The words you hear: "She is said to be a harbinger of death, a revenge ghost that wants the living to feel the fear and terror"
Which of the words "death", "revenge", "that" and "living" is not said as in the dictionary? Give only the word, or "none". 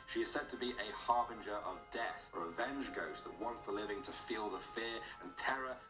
none